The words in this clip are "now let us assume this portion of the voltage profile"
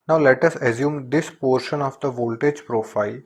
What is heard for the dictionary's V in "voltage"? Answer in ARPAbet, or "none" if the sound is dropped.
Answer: V